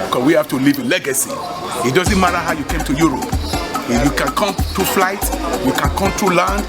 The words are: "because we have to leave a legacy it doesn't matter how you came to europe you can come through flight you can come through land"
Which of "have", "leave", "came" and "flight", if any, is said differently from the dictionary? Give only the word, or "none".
have